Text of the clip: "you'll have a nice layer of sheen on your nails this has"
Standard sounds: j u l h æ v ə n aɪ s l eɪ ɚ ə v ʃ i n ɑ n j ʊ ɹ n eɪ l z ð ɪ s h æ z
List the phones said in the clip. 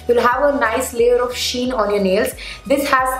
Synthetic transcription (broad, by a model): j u l h æ v ə n aɪ s l eɪ ɚ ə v ʃ i n ɑ n j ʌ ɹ n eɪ l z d ɪ s h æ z